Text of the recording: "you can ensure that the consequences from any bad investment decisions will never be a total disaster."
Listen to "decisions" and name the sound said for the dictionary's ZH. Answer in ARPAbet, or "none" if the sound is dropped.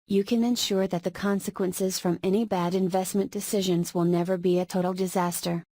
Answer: ZH